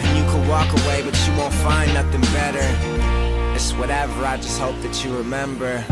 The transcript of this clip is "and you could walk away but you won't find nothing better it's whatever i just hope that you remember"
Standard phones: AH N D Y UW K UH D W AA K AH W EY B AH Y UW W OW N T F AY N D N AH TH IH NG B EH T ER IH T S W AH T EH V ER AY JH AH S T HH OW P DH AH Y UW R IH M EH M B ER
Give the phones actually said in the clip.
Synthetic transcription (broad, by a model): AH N Y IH K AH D W AA K AH W EY B AH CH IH W OW N T F AY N N AH TH IH NG B EH T ER IH T S W AH T EH V ER AY JH AH S T HH OW P DH AH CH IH R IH M EH M B ER